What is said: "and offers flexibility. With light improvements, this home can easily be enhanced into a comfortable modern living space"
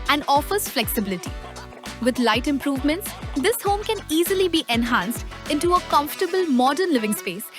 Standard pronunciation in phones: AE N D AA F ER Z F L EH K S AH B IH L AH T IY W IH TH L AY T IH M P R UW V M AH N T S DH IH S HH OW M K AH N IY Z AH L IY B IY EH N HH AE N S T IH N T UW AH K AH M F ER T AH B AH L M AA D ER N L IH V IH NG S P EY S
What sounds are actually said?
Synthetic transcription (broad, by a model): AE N D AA F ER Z F L EH K S AH B IH L AH T IY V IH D L AY T IH M P R UW V M AH N T S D IH S HH OW M K AH N IY Z AH L IY B IY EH N HH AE N S T IH N T UW AH K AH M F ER T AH B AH L M AA D ER N L IH V IH NG S P EY S